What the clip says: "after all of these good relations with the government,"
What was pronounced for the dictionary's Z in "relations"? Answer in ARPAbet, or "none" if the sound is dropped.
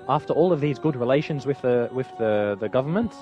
Z